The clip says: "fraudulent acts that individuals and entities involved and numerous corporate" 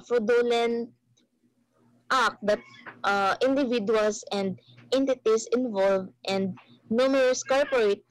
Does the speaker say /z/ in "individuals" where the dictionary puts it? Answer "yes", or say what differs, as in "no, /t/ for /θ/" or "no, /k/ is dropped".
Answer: no, /s/ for /z/